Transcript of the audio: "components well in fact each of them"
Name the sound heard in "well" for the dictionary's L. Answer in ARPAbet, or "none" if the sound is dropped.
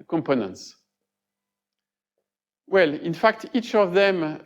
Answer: L